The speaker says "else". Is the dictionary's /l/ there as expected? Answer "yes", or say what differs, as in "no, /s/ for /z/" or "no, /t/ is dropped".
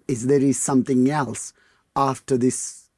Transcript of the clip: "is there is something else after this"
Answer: yes